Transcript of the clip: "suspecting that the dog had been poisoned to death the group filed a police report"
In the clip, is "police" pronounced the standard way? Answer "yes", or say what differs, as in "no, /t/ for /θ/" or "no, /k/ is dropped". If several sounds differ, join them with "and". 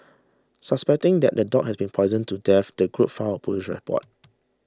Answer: no, /ʃ/ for /s/